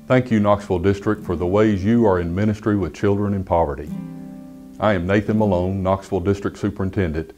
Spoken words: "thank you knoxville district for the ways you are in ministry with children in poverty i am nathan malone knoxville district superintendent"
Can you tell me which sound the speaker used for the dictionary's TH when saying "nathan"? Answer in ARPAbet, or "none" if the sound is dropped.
TH